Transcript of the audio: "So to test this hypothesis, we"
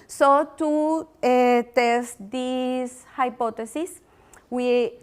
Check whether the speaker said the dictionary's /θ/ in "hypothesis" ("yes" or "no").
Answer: no